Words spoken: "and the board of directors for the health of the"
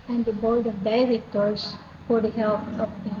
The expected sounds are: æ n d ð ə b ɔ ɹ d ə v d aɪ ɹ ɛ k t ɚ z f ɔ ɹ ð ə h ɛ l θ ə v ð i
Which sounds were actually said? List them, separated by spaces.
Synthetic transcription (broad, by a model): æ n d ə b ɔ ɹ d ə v d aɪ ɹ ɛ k t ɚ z f ɔ ɹ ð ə h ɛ l t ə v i